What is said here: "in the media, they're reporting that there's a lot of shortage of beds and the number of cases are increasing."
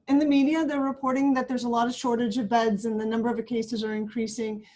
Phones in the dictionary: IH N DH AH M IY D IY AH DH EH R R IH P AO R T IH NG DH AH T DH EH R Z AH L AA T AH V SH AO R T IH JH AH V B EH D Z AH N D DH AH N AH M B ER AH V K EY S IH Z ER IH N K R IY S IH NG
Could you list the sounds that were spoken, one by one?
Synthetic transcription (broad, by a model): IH N DH AH M IY D IY AH DH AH R R IH P AO R T IH NG DH AH T DH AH R Z AH L AA T AH V SH AO R T IH JH AH V B EH D Z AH N DH AH N AH M B ER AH V K EY S IH Z ER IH N K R IY S IH NG